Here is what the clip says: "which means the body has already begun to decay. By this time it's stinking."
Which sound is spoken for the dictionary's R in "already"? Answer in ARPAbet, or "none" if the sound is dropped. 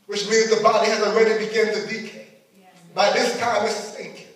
W